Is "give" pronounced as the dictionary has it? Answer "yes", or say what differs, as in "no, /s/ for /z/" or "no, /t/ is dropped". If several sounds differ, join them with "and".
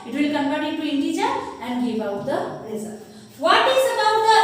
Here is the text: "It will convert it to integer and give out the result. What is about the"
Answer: no, /b/ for /v/